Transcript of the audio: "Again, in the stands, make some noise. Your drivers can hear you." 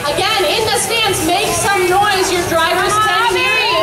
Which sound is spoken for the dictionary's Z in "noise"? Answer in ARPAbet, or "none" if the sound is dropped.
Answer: Z